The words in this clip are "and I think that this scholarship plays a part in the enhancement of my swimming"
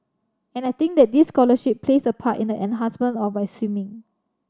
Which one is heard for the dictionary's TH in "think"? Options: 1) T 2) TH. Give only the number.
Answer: 1